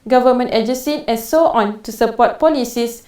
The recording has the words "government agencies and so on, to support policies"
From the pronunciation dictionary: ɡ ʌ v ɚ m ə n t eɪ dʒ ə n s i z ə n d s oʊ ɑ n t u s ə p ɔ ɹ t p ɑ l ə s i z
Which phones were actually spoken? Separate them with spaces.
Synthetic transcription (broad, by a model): ɡ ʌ v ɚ m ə n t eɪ dʒ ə s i ə n s oʊ ɑ n t u s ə p ɔ t p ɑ l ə s i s